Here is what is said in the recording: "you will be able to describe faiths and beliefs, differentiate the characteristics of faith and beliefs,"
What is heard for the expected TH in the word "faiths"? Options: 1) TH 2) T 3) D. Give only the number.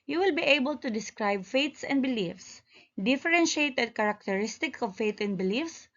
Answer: 2